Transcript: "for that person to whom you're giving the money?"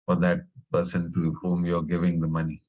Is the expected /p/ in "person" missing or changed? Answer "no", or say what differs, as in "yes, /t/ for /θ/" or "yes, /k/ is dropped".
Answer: no